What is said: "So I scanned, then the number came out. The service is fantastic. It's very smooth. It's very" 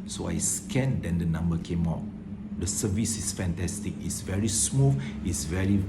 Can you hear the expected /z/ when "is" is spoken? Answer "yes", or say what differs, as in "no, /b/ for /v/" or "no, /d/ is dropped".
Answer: no, /s/ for /z/